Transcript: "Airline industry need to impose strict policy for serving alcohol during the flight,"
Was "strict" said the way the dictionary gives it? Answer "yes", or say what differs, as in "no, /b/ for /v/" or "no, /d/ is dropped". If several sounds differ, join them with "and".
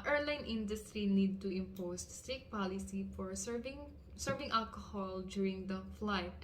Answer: no, /ɹ/ is dropped